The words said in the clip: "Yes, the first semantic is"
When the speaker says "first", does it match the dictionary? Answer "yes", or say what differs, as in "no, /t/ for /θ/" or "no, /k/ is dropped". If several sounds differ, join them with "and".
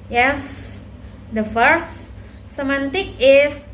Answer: no, /s/ is dropped